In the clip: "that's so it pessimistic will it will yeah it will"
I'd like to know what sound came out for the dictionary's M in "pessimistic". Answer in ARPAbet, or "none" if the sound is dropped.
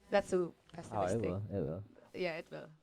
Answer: none